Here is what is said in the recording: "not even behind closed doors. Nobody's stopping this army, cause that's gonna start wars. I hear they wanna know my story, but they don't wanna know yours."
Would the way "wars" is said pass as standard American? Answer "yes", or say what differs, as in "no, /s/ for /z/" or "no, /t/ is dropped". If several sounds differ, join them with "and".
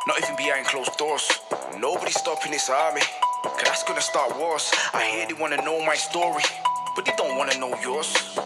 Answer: no, /s/ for /z/